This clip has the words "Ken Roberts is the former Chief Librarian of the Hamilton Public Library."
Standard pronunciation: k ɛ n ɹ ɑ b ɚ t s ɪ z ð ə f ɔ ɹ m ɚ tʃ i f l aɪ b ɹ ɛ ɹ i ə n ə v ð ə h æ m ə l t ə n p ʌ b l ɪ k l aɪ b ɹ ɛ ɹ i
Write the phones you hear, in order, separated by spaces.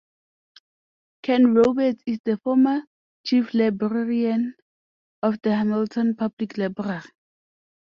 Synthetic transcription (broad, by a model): k ɛ n ɹ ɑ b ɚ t ɪ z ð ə f ɔ m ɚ tʃ i f l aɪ b ɹ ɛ ɹ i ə n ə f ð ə h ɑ m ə l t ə n p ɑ b l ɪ k l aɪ b ɹ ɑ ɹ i